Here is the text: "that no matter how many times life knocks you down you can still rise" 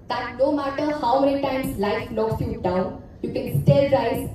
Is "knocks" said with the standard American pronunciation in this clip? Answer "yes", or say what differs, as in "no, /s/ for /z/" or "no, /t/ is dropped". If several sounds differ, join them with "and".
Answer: no, /l/ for /n/